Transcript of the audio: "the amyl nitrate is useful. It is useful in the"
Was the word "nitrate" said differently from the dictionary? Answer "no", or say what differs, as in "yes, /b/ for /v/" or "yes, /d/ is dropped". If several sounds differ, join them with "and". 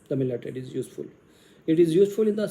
yes, /ɹ/ is dropped